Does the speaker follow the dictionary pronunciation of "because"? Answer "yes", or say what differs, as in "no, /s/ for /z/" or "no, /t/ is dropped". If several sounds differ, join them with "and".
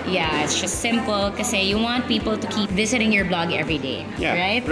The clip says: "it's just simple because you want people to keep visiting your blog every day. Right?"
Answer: no, /z/ is dropped